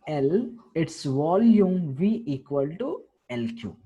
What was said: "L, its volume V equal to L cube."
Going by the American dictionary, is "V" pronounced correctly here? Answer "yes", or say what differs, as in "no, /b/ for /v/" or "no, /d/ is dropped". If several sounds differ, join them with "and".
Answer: yes